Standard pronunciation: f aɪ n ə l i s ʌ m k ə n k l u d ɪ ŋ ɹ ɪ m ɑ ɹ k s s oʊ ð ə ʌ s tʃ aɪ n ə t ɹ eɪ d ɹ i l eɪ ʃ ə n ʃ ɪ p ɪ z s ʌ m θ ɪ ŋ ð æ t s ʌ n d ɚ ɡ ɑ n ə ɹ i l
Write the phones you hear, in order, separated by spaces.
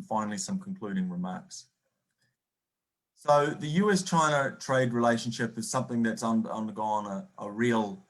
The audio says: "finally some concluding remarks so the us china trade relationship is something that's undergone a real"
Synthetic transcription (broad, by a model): f aɪ n l i s ʌ m k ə n k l u d ɪ ŋ ɹ ɪ m ɑ ɹ k s s oʊ ð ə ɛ s tʃ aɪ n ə t ɹ eɪ d ɹ i l eɪ ʃ ə n ʃ ɪ p ɪ z s ʌ m θ ɪ ŋ ð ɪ t s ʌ n d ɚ ɡ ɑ n ə ɹ i l